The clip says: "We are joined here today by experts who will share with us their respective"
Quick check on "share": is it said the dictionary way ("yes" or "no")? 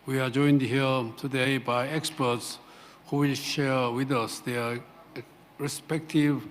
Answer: yes